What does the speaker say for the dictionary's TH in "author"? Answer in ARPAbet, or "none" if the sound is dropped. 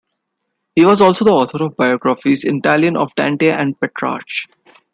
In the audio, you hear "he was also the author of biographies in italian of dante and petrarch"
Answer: T